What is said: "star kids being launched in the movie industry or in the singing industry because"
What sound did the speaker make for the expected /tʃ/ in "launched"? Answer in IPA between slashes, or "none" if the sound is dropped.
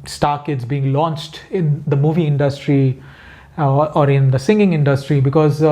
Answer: /tʃ/